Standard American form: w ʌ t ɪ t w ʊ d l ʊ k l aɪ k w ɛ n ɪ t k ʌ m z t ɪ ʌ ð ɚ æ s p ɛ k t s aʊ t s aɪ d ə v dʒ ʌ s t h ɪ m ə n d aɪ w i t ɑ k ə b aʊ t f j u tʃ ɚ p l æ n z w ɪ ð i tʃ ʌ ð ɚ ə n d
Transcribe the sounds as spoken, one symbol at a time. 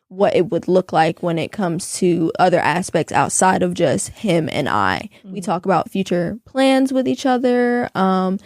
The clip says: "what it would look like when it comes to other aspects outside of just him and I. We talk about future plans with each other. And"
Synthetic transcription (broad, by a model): w ʌ t ɪ t w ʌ d l ʊ k l aɪ k w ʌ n ɪ t k ʌ m z t ɪ ʌ ð ɚ æ s p ɛ k t s aʊ t s aɪ d ə v dʒ ʌ s t h ɪ m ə n aɪ w i t ɑ k ə b aʊ t f j u tʃ ɚ p l æ n z w ɪ ð i tʃ ʌ ð ɚ ə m